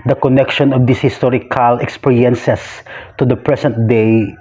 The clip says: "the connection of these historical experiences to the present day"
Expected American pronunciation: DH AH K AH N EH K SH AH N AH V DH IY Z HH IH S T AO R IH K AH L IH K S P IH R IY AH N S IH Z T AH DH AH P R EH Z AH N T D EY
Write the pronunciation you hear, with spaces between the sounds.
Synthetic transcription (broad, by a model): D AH K AH N EH K SH AH N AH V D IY S HH IH S T AO R IH K AH L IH K S P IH R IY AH N S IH S T AH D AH P R EH S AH N T D EY